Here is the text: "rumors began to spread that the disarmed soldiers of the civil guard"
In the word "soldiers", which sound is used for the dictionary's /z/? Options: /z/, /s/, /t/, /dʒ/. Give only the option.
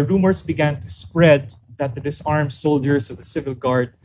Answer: /s/